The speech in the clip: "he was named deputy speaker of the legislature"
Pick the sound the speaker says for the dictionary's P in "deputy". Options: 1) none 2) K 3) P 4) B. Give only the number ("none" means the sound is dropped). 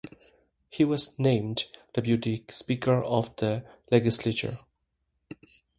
4